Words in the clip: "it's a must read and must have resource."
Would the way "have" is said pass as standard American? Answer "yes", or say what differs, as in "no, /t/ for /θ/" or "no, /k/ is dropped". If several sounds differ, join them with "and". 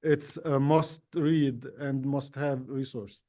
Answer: yes